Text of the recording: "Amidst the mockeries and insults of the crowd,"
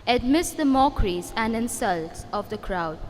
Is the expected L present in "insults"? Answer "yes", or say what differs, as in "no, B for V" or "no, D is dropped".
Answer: yes